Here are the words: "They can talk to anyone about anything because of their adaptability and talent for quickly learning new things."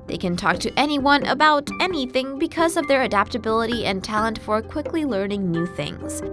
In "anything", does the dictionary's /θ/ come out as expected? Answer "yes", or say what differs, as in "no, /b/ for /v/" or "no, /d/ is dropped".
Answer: yes